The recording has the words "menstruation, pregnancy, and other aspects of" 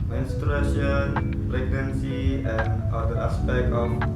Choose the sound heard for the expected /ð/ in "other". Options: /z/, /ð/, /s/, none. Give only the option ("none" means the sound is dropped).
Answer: none